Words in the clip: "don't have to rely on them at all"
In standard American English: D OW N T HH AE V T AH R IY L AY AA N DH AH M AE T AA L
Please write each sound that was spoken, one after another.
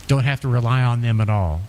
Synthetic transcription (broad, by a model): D OW N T HH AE F T AH R IY L AY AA N DH AH M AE T AA L